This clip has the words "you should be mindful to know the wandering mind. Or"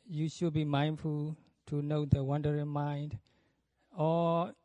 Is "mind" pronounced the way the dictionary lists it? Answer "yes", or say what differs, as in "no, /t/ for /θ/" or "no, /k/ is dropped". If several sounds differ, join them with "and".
yes